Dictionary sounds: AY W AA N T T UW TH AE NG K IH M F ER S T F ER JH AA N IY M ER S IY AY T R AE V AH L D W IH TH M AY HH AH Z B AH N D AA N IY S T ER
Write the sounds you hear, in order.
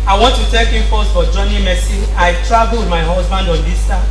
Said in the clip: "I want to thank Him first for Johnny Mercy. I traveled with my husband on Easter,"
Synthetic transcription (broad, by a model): AY W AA N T T UW T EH K IH M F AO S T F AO JH AA N IY M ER S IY AY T R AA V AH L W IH M AY HH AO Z B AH N D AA N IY S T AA